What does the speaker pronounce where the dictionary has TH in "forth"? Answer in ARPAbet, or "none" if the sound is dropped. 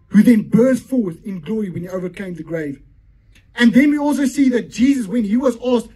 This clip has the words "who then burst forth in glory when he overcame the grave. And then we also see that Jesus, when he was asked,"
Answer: TH